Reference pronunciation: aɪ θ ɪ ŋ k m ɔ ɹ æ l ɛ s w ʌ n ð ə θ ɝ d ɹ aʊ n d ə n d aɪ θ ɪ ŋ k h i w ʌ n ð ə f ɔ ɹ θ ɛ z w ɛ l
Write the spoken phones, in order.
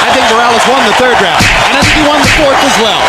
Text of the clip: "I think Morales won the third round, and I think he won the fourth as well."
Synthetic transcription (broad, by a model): aɪ θ ɪ ŋ k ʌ ɹ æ l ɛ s w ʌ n ð ə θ ɝ d ɹ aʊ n ə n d aɪ θ ɪ ŋ k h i w ʌ n ð ə f ɔ ɹ θ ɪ z w ɛ l